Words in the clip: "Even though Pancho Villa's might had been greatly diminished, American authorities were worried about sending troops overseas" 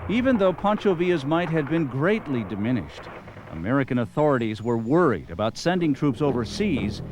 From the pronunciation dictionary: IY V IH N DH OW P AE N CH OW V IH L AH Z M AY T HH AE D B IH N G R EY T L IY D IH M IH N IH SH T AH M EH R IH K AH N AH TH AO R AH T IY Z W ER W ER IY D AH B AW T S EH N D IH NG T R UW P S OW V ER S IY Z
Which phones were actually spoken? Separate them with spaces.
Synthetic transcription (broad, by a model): IY V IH N DH OW P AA N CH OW V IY AH Z M AY T HH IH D B IH N G R EY T L IY D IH M IH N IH SH T AH M EH R IH K AH N AH TH AO R AH T IY Z W ER W ER IY D AH B AW T S EH N D IH NG T R UW P S OW V ER S IY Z